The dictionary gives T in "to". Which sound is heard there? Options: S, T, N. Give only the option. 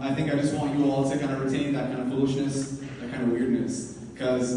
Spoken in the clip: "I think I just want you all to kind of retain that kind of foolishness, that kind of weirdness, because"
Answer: S